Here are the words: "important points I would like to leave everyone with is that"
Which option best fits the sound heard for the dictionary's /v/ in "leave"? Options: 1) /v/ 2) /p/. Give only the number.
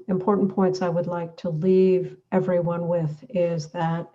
1